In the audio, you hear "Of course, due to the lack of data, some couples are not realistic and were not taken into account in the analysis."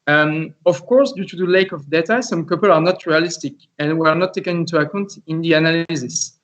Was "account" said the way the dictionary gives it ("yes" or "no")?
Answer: yes